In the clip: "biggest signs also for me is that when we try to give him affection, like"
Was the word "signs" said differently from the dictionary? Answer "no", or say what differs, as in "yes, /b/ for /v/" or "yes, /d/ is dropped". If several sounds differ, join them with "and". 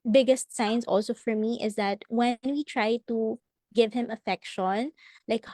yes, /s/ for /z/